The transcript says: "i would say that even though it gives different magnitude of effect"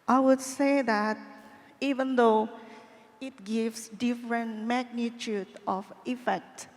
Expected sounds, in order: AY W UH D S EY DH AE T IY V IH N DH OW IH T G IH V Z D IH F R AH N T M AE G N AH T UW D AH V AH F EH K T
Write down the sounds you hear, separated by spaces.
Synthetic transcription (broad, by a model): AY W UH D S EY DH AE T IY V IH N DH OW IH T G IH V S D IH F R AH N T M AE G N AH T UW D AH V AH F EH K T